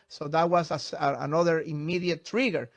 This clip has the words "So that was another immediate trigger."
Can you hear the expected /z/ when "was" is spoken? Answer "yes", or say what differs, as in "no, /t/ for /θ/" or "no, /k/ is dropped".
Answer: no, /s/ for /z/